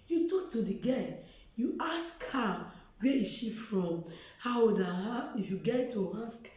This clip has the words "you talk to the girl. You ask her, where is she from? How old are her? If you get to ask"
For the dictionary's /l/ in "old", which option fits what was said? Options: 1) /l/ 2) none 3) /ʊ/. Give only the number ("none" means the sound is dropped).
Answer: 2